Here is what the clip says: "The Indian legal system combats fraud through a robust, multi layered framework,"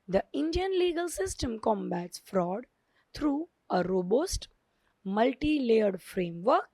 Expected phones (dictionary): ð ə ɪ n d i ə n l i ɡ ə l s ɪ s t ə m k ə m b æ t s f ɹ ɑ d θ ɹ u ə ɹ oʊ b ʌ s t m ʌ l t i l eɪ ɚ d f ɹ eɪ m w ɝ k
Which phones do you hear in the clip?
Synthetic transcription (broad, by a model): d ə ɪ n d i ə n l i ɡ ə l s ɪ s t ə m k ə m b æ t s f ɹ ɑ d t ɹ u ə ɹ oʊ b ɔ s t m ʌ l t i l eɪ ɚ d f ɹ eɪ m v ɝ k